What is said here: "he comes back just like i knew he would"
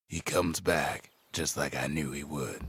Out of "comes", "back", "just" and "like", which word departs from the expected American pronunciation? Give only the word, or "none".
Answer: none